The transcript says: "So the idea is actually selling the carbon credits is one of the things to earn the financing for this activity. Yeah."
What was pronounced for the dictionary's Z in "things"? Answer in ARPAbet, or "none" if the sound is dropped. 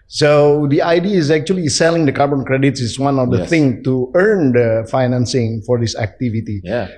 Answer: none